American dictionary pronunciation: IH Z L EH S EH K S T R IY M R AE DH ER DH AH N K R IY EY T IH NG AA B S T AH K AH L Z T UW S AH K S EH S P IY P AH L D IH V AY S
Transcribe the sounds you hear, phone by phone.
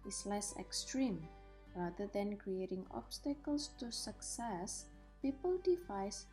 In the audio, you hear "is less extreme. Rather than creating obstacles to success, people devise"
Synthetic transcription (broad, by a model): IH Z L EH S EH K S T R IY M R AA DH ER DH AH N K R IY EY T IH NG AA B S T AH K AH L S T UW S AH K S EH S P IY P AH L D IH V AY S